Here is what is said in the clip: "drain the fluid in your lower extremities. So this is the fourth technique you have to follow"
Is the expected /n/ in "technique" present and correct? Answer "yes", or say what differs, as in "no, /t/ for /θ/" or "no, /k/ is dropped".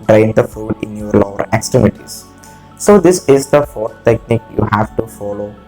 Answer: yes